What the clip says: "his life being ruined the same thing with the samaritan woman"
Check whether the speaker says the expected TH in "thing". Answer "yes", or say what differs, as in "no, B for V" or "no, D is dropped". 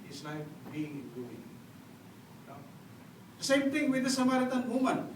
no, T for TH